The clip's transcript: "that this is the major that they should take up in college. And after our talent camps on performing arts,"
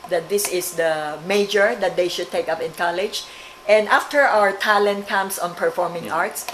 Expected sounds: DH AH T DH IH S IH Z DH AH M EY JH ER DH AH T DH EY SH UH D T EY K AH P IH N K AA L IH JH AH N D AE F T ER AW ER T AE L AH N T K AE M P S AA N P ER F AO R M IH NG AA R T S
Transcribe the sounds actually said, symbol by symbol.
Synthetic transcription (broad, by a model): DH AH T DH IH S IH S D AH M EY JH ER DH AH T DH EY SH UH D T EY K AH P IH N K AA L IH JH AH N D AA F T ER AW ER T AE L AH N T K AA M S AA N P ER F AO R M IH NG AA R T S